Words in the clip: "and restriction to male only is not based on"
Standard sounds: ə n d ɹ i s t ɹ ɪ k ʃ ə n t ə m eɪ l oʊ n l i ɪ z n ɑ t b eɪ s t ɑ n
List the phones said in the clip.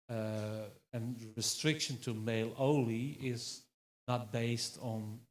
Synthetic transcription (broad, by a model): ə n ɹ i s t ɹ ɪ k ʃ ə n t ə m eɪ l oʊ l i ɪ z n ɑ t b eɪ s t n